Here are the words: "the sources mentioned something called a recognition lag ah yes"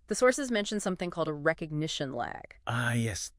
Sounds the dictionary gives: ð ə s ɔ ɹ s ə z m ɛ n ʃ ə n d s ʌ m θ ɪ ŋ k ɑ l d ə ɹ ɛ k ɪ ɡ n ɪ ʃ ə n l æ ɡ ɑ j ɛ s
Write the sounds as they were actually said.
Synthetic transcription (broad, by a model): ð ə s ɔ ɹ s ə z m ɛ n ʃ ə n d s ʌ m θ ɪ ŋ k ɑ l d ə ɹ ɛ k ɪ ɡ n ɪ ʃ ə n l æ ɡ ɑ j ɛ s